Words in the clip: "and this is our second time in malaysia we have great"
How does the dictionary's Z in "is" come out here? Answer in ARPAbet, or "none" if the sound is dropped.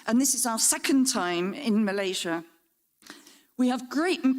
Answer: Z